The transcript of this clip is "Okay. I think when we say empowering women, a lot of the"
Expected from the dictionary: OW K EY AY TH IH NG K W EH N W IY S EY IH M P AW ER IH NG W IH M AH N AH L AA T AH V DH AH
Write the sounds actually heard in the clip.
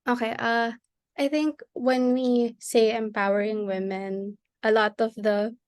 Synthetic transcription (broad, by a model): OW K EY AY TH IH NG K W EH N W IY S EY IH M P AW ER IH NG W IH M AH N AH L AA T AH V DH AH